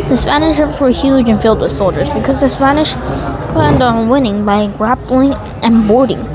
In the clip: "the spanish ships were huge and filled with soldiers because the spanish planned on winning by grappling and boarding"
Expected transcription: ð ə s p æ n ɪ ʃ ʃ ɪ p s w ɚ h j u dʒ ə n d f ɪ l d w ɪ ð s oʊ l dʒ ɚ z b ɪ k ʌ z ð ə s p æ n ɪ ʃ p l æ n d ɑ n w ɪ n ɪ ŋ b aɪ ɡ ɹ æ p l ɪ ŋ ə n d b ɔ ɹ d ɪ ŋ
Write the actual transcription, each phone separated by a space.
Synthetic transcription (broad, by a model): ð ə s p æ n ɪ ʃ ʃ ɪ p s w ɚ h j u dʒ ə n f ɪ l d w ɪ ð s oʊ l dʒ ɚ z b ɪ k ʌ z ð ə s p æ n ɪ ʃ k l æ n d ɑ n w ɪ n ɪ ŋ b aɪ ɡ ɹ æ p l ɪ ŋ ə n b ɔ ɹ d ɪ ŋ